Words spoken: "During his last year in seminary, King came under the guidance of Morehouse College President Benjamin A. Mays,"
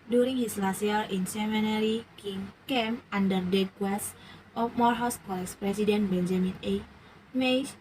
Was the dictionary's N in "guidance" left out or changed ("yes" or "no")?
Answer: yes